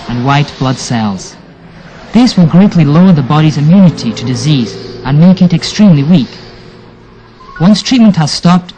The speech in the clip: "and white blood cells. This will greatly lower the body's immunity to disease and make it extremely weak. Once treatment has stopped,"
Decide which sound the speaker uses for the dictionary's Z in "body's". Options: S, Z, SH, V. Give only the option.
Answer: Z